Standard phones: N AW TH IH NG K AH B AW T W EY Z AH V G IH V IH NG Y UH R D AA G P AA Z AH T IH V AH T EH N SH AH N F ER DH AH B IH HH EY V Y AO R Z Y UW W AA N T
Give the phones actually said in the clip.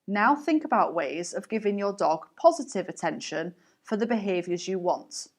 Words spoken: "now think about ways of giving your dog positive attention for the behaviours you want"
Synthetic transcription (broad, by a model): N AW TH IH NG K AH B AW T W EY Z AH V G IH V IH NG Y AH D AA G P AA Z AH T IH V AH T EH N SH AH N F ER DH AH B IH HH EY V Y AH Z Y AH W AA N T